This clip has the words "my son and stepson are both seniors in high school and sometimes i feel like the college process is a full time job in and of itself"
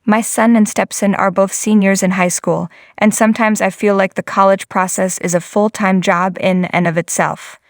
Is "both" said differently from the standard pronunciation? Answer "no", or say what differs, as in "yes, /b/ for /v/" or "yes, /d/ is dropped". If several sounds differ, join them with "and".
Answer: no